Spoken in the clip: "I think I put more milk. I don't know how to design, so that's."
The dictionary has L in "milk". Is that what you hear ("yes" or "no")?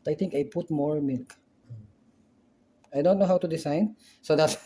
yes